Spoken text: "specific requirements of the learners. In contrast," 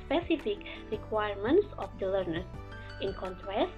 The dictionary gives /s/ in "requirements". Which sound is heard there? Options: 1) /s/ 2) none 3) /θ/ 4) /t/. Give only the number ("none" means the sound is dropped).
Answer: 1